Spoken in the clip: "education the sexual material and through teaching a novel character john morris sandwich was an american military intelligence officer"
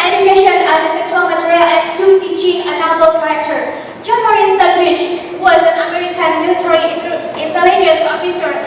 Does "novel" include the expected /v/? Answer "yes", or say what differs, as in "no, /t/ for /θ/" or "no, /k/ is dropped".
no, /b/ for /v/